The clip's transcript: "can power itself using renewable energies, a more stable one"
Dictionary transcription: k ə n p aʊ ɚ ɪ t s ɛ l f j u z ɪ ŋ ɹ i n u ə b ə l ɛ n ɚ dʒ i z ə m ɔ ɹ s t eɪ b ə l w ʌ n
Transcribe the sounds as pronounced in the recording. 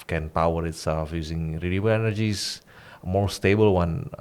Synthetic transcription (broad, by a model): k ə n p aʊ ɚ ɪ t s ɛ l f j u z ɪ ŋ ɹ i l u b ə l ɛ n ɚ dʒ i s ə m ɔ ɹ s t eɪ b ə l w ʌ n